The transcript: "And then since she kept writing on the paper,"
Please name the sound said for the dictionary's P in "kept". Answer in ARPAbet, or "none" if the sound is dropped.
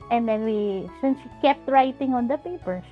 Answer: P